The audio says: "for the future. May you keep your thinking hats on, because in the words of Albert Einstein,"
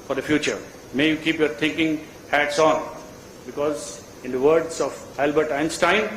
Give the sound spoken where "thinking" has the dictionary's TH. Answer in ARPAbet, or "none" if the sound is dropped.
T